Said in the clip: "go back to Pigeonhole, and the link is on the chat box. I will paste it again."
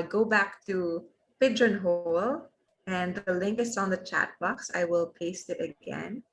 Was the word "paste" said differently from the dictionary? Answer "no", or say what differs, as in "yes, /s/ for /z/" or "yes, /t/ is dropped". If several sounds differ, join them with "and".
no